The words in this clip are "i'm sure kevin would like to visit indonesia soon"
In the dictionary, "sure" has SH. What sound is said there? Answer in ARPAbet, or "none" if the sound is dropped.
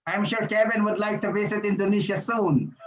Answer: SH